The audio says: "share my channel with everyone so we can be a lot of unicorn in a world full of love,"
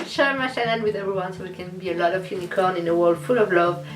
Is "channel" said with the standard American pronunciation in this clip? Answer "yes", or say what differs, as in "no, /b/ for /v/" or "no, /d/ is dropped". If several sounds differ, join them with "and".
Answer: no, /n/ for /l/